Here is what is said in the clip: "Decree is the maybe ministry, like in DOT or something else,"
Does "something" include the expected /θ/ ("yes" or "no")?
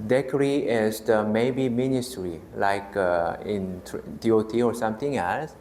no